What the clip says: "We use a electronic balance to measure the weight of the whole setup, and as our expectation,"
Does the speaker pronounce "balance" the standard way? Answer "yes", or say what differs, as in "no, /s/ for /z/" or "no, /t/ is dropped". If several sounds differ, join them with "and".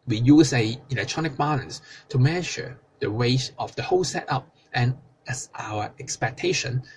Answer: no, /n/ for /l/